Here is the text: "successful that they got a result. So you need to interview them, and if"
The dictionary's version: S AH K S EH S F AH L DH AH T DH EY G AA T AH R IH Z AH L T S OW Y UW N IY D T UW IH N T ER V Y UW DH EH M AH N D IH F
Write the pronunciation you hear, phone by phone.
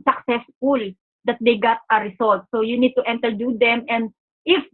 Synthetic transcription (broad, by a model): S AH K S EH S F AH L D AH T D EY G AA T AH R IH S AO L T S OW Y UW N IY D T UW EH N T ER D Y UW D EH M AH N D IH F